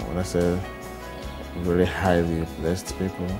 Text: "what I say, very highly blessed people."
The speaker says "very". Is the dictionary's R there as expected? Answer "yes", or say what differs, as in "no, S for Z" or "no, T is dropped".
no, L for R